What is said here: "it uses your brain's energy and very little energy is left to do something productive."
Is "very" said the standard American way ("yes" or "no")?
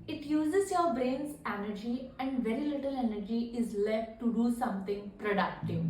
yes